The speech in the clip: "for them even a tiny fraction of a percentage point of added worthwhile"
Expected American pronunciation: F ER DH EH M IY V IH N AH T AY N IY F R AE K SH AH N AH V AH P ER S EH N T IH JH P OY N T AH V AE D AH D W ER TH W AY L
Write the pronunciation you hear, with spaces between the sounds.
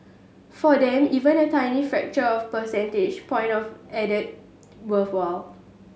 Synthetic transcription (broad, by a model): F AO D EH M IY V IH N AH T AY N IY F R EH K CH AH AH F P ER S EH N T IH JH P OY N T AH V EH D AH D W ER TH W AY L